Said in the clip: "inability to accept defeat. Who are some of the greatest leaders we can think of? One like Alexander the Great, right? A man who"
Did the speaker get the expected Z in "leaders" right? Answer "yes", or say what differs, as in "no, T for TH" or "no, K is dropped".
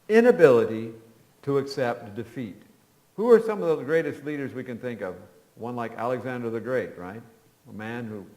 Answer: yes